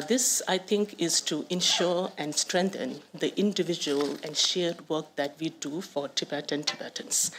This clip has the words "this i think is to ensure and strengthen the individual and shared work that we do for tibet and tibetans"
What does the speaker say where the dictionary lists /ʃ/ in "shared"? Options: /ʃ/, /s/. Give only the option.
/ʃ/